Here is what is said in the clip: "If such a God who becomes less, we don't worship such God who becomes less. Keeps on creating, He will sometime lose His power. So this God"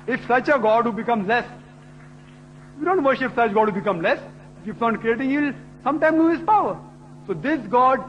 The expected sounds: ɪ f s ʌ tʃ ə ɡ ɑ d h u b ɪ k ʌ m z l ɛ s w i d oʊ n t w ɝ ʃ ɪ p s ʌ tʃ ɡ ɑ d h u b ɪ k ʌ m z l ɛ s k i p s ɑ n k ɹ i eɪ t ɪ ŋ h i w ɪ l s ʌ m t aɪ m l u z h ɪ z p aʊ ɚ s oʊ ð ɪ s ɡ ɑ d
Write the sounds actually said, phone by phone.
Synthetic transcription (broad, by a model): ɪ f s ʌ tʃ ə ɡ ɑ d h u b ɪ k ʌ m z l ɛ s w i d oʊ n t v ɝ ʃ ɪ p s ʌ tʃ ɡ ɑ d h u b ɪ k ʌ m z l ɛ s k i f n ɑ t k ɹ i eɪ t ɪ ŋ h i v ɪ l s ʌ m t aɪ m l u h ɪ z p aʊ ɚ s oʊ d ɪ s ɡ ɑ d